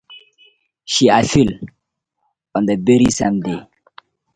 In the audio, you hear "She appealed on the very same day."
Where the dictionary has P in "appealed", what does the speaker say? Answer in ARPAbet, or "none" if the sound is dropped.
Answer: F